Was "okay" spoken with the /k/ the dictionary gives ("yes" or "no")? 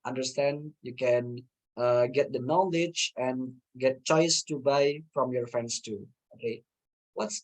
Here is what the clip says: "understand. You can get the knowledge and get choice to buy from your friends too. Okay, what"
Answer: no